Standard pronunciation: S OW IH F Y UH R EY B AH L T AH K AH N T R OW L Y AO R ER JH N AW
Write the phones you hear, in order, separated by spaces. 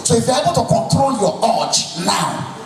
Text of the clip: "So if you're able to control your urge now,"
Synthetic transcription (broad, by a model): S OW IH F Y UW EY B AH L T AH K AH N T R OW L Y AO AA CH N AW